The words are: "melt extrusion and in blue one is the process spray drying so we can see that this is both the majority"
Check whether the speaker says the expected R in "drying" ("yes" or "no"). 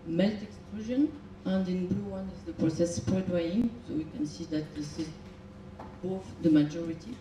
no